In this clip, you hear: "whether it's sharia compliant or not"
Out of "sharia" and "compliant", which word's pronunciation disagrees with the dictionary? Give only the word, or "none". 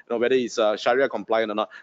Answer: compliant